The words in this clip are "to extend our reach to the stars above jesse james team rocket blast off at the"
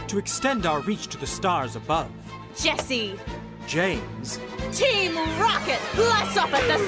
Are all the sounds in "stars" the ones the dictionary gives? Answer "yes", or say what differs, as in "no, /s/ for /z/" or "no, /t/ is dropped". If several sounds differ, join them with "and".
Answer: yes